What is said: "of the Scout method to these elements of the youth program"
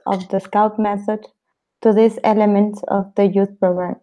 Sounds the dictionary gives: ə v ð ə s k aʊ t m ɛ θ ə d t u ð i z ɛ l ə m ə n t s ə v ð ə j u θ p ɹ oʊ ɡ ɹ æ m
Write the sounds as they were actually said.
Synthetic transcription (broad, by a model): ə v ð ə s k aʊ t m ɛ θ ə d t u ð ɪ s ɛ l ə m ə n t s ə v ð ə j u θ p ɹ oʊ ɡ ɹ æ m